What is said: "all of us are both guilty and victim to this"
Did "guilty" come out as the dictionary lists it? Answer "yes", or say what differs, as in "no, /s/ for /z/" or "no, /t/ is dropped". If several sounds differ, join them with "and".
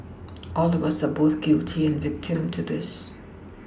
yes